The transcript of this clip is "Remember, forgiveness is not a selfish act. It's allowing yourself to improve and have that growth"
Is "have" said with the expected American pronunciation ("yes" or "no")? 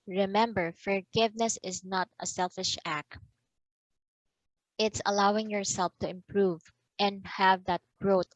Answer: yes